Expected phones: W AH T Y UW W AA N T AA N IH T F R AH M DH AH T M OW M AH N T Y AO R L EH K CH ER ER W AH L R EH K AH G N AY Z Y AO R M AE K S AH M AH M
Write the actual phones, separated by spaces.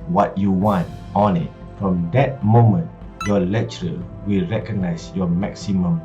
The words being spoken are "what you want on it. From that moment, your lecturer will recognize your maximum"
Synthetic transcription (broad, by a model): W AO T Y UW W AA N T AA N IH T F R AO M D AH T M OW M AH N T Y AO L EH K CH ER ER W AH L R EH K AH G N AY S Y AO M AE K S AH M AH M